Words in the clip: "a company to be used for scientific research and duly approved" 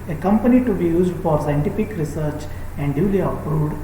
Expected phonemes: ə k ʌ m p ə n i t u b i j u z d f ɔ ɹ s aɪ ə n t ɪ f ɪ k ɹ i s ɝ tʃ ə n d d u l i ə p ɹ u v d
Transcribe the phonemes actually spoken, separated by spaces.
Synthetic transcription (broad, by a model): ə k ʌ m p ə n i t u b i j u z d f ɔ ɹ s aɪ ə n t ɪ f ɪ k ɹ i s ɝ tʃ ə n d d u l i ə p ɹ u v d